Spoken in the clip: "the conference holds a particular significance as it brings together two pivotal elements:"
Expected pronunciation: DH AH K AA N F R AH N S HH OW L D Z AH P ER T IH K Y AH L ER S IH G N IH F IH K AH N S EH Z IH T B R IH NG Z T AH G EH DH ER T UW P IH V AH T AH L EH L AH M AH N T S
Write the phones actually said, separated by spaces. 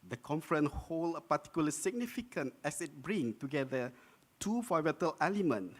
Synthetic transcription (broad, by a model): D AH K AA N F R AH N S HH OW L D AH P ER T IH K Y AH L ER S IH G N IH F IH K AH N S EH S IH T B R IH NG T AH G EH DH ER T UW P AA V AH T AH L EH L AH M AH N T